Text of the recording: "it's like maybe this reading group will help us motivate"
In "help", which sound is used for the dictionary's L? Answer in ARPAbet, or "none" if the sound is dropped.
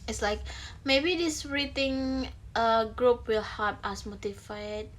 none